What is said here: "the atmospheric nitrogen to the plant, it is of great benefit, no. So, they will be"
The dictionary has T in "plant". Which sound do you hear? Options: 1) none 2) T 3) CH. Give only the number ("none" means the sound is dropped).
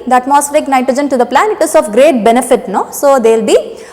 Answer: 1